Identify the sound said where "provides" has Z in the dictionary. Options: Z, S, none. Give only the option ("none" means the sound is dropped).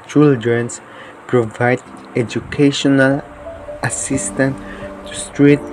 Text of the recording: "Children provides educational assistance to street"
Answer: none